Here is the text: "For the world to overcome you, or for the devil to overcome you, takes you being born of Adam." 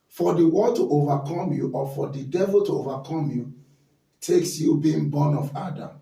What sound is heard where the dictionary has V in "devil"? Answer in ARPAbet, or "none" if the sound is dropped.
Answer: V